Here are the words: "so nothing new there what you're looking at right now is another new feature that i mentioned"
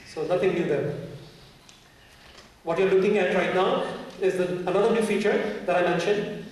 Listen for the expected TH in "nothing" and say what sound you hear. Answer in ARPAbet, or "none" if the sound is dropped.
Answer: T